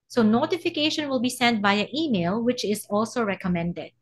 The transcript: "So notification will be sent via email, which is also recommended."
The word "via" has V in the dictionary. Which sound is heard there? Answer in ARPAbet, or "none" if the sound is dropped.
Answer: B